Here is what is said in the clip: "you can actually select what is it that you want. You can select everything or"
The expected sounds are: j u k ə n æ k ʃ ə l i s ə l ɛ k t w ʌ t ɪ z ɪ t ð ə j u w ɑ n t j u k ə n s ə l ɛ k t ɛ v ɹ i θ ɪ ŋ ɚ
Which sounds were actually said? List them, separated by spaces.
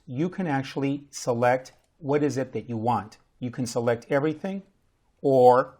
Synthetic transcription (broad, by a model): j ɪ k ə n æ k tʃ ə l i s ə l ɛ k t w ʌ t ɪ z ɪ t ð ə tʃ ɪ w ɑ n t j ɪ k ə n s ə l ɛ k t ɛ v ɹ i θ ɪ ŋ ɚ